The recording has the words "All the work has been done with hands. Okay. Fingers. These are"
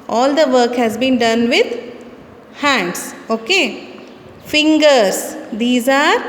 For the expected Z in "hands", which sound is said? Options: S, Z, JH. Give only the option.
S